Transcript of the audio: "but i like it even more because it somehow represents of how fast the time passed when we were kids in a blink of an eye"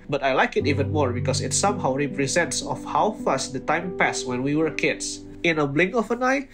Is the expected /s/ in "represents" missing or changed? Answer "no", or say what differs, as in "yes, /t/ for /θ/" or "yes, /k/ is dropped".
no